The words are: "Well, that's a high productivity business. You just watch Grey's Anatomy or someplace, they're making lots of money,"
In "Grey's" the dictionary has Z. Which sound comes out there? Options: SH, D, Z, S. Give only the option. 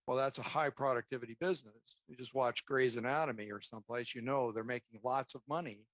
Z